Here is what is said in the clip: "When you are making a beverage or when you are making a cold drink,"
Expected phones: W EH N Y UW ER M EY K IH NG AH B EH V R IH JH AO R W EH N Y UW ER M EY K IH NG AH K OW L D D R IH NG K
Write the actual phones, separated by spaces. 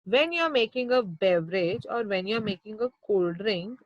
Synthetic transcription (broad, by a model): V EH N Y UW ER M EY K IH NG AH B EH V R IH JH AO R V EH N Y UW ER M EY K IH NG AH K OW L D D R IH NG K